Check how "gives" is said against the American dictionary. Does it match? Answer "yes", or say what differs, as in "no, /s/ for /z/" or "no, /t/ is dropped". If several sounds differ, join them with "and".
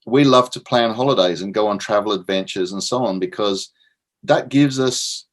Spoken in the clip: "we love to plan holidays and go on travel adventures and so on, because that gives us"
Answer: yes